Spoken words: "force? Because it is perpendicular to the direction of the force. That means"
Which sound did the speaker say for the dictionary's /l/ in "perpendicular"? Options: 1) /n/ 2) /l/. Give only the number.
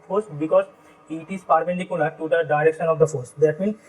1